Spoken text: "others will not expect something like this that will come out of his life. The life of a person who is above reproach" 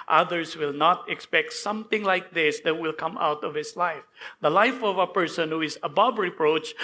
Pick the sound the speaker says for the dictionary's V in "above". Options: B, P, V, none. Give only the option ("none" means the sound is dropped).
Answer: B